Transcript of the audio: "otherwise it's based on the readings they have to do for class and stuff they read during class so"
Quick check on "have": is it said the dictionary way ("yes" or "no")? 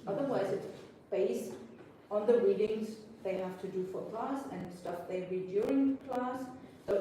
no